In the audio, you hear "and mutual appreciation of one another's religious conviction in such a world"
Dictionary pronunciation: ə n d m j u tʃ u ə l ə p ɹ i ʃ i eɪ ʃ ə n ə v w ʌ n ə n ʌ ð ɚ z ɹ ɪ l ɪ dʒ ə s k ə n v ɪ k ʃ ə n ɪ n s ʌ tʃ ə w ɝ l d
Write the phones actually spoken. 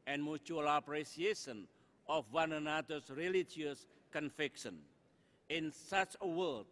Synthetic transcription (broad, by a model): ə n m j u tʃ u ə l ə p ɹ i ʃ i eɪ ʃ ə n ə f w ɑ n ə n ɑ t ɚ s ɹ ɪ l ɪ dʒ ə s k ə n f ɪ k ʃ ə n ɪ n s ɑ tʃ ə w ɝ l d